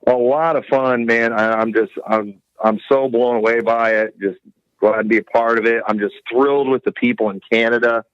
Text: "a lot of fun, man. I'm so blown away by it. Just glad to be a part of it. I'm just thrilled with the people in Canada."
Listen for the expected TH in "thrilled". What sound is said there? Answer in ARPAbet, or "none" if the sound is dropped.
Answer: TH